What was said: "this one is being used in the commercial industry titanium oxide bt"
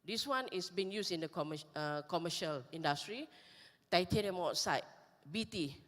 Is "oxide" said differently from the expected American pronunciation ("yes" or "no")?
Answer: yes